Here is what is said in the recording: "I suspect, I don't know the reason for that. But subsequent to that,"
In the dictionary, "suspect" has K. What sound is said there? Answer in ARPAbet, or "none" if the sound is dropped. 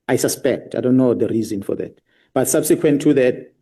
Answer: K